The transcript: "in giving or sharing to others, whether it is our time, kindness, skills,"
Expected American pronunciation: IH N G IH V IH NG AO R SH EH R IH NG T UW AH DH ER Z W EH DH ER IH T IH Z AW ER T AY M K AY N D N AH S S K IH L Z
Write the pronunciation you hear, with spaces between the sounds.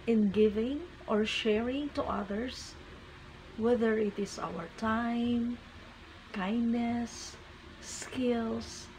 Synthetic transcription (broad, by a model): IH N G IH V IH NG AO R SH EH R IH NG T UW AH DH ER S W EH DH ER IH T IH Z AW ER T AY M K AY N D N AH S S K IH L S